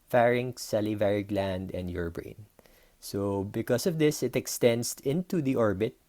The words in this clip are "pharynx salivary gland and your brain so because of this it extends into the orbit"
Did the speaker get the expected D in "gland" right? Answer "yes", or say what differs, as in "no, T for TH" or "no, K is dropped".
yes